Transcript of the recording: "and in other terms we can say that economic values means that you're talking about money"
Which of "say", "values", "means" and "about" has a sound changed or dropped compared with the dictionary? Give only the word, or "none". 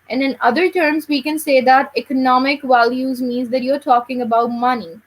none